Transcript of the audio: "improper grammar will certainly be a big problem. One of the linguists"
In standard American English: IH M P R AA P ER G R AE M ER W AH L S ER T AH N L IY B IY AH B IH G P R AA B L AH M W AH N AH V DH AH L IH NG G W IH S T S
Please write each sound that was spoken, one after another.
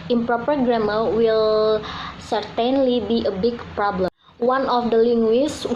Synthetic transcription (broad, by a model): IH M P R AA P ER G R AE M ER W AH L S ER T AH N L IY B IY AH B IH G P R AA B L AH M W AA N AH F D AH L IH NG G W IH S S